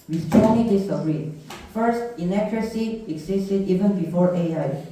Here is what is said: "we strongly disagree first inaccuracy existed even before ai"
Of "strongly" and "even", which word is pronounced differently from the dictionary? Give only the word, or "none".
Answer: strongly